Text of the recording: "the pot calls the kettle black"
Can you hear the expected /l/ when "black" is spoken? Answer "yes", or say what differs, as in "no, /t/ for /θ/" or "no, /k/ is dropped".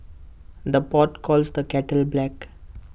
yes